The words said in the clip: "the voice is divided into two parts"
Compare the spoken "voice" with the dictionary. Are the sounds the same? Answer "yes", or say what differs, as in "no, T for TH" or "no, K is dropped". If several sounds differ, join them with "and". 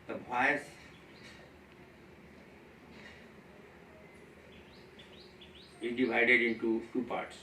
no, B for V